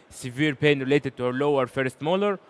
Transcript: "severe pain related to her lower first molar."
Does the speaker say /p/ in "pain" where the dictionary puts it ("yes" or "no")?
yes